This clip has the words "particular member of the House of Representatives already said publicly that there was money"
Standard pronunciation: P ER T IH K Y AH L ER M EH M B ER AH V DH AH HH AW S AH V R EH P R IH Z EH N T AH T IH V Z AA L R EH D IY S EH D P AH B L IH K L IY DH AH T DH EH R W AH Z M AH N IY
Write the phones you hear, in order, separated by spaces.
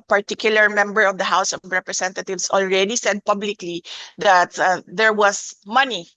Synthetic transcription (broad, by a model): P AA T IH K Y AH L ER M EH M B ER AH V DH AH HH AW S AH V R EH P R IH S EH N T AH T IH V S AA L R EH D IY S EH D P AH B L IH K L IY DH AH T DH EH R W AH S M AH N IY